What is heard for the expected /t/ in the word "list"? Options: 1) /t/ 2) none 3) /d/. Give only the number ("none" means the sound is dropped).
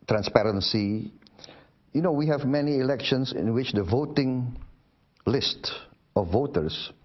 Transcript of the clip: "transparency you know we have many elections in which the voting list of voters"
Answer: 1